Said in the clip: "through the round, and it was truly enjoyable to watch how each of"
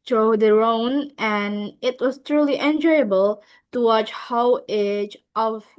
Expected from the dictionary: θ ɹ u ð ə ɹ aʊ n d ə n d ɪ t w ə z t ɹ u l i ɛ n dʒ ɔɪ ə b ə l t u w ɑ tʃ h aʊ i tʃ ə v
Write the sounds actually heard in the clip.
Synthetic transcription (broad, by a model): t ɹ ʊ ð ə ɹ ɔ n ə n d ɪ t w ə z t ɹ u l i ɛ n dʒ ɔɪ ə b ə l t u w ɑ tʃ h aʊ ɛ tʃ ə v